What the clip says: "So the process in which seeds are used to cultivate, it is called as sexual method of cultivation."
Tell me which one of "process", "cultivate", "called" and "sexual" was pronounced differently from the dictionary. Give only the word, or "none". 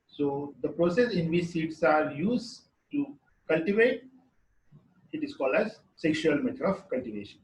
none